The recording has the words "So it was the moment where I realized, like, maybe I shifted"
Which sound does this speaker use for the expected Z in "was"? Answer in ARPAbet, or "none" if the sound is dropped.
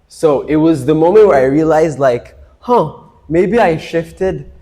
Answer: Z